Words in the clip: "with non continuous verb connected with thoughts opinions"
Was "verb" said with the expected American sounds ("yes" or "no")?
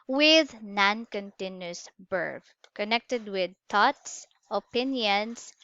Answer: no